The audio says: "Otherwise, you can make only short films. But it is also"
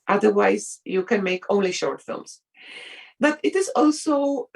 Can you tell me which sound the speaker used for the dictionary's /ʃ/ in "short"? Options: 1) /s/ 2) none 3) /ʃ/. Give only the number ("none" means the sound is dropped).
3